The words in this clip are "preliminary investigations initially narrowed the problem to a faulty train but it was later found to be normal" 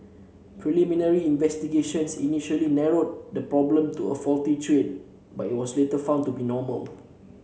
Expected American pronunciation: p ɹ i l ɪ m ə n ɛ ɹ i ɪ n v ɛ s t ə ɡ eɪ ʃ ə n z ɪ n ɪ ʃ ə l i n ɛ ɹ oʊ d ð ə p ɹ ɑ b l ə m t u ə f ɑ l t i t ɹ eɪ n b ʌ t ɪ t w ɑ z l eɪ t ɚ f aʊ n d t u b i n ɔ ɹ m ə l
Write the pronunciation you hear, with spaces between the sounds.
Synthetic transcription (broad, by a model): p ɹ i l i m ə n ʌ ɹ i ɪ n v ɛ s t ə ɡ eɪ ʃ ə n s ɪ n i ʃ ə l i n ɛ ɹ oʊ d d ə p ɹ ɑ b l ə m t u ə f ɑ l t i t ɹ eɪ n b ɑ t ɪ t w ɑ s l eɪ t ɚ f aʊ n t u b i n ɔ m ə l